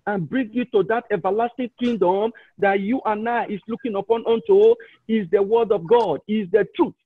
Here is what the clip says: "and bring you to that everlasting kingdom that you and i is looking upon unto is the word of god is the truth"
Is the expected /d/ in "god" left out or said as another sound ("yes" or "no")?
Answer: no